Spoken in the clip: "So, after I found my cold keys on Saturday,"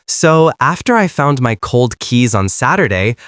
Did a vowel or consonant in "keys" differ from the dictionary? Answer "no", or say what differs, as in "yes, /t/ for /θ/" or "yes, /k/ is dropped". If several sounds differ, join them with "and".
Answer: no